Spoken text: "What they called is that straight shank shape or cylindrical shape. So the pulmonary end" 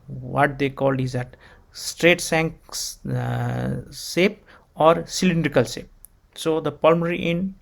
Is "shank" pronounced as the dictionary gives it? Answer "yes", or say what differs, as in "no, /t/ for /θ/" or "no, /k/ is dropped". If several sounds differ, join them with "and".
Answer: no, /s/ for /ʃ/